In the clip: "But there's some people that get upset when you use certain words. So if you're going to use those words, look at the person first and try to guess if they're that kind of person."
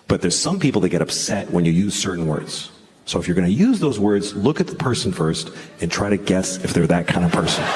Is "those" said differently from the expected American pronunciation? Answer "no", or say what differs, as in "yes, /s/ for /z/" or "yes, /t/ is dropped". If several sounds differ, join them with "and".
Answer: no